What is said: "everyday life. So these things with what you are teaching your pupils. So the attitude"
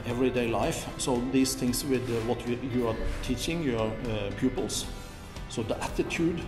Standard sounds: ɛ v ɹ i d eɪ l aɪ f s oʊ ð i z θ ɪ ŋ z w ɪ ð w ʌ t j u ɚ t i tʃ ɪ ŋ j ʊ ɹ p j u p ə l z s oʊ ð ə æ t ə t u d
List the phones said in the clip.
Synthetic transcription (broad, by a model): ɛ v ɹ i d eɪ l aɪ f s oʊ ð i s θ ɪ ŋ s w ɪ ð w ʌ t j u ɚ t i tʃ ɪ ŋ j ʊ ɹ p j u p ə l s s oʊ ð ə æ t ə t u d